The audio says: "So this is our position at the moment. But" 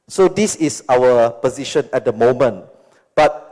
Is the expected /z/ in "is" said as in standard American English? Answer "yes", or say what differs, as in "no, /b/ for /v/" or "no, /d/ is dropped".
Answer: no, /s/ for /z/